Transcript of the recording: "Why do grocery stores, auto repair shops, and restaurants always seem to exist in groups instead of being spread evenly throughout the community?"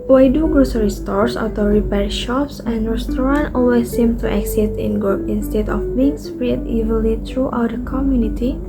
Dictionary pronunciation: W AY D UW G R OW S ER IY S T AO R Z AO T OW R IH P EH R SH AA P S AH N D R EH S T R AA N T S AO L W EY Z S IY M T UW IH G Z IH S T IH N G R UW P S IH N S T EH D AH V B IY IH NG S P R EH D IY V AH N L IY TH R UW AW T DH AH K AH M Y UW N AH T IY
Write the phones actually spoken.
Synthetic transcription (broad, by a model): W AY D UW G R OW S ER IY S T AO R S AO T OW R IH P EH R SH AA P S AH N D R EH S T R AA N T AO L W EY S IY M T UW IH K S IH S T IH N G R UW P IH N S T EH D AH F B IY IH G S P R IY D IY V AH L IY T R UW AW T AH K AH M Y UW N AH T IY